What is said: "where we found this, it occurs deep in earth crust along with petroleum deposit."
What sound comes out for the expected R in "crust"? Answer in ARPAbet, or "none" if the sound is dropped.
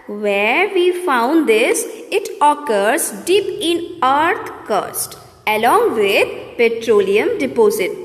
none